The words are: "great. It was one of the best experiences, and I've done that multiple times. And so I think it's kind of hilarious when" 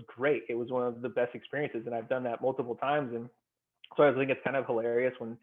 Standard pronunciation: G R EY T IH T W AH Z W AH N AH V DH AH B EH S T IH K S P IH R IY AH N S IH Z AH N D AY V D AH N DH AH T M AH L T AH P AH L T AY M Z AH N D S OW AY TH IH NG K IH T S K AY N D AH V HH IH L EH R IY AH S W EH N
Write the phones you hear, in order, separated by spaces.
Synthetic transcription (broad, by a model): G R EY T IH T W AH Z W AH N AH V DH AH B EH S T IH K S P IH R IY AH N S IH Z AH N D AY V D AH N DH AH T M AH L T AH P L T AY M Z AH N S OW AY TH IH NG K IH T S K AY N D AH V HH IH L EH R IY AH S W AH N